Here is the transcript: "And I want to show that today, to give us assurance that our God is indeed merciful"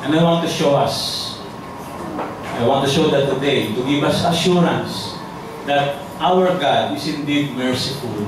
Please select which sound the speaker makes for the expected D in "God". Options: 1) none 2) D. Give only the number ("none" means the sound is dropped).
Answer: 2